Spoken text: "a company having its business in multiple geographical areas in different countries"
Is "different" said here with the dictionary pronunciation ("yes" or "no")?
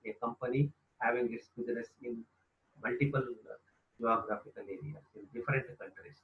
yes